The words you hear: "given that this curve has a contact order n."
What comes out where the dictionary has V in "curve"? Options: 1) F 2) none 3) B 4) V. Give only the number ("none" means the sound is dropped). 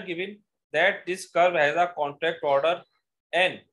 3